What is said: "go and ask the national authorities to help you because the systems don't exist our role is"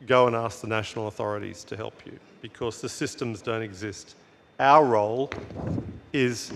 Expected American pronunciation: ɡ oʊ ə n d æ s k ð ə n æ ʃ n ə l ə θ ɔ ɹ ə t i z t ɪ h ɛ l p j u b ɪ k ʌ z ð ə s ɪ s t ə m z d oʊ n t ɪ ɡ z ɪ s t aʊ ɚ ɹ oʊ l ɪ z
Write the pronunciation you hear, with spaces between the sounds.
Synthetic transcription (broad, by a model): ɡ oʊ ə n æ s k ð ə n æ ʃ n l ə θ ɔ ɹ ə t i z t ɪ h ɛ l p j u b ɪ k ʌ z ð ə s ɪ s t ə m z d oʊ n t ɪ ɡ z ɪ s t aʊ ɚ ɹ oʊ l ɪ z